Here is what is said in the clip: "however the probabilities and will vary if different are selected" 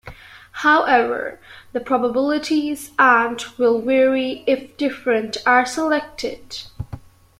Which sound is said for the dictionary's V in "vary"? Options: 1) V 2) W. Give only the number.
2